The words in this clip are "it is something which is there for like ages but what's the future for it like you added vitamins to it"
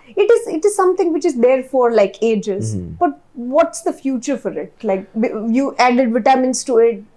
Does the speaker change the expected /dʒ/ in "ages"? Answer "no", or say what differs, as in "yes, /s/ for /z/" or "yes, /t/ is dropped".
no